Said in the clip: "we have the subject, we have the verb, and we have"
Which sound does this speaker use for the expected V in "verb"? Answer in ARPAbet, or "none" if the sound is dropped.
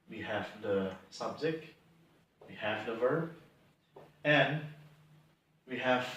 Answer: V